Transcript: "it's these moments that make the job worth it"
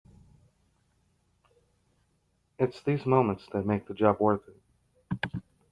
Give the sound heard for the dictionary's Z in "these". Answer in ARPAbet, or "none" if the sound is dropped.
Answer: Z